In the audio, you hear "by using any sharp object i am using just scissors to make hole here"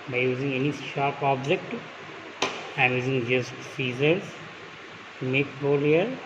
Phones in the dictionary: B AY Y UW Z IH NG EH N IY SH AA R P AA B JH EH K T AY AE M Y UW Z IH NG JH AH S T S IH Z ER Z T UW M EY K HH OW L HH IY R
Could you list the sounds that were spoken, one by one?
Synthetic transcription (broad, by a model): B AY Y UW Z IH NG EH N IY SH AA R P AA B JH EH K T AY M Y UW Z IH NG JH AH S T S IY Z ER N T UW M EY K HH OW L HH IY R